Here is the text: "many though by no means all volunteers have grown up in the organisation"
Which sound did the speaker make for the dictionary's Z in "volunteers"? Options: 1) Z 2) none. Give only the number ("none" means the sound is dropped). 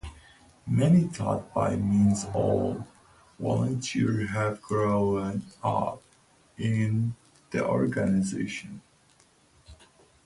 2